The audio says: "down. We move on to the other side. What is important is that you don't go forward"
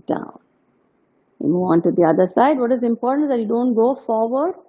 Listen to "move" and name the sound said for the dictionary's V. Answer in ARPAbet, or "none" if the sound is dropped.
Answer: none